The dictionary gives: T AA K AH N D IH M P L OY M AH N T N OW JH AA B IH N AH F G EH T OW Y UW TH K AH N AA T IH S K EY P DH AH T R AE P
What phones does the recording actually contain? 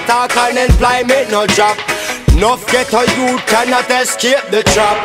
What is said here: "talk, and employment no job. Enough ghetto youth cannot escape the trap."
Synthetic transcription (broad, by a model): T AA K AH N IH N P L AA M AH T N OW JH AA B N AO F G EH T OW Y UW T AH N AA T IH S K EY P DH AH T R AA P